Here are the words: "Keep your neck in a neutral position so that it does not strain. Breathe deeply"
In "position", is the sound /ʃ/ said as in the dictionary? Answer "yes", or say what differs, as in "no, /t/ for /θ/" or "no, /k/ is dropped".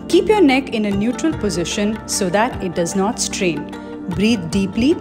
yes